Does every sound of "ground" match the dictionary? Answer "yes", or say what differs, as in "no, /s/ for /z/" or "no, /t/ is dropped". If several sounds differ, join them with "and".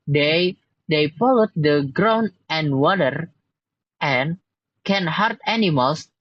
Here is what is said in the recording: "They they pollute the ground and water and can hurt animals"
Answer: no, /d/ is dropped